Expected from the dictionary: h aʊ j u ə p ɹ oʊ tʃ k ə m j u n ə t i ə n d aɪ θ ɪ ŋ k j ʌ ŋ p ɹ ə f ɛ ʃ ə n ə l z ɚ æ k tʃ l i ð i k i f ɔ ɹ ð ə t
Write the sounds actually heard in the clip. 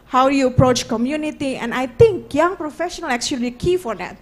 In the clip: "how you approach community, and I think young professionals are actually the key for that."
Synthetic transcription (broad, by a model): h aʊ j u ə p ɹ oʊ tʃ k ə m j u n ə t i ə n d aɪ t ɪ ŋ k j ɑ ŋ p ɹ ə f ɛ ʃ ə n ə l ɚ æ k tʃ i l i k i f ɔ ɹ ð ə t